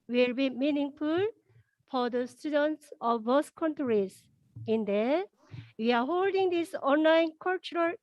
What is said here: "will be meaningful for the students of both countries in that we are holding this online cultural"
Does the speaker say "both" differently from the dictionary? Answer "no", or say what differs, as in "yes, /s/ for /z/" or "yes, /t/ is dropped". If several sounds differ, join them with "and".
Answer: yes, /s/ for /θ/